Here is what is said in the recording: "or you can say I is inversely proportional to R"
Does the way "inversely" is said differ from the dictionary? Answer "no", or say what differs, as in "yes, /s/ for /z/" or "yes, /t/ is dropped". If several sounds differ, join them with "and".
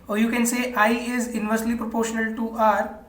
no